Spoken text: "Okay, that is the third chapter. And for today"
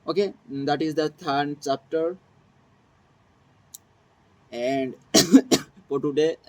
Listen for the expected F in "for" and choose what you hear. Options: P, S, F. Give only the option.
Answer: P